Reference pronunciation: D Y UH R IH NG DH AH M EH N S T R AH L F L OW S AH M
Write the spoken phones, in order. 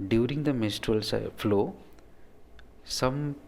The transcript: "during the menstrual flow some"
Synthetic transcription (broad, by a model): D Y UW R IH NG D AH M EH S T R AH L F L OW S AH M